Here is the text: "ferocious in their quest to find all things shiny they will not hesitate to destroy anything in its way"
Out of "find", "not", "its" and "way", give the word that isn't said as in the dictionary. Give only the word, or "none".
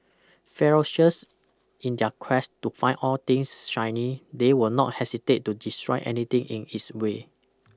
find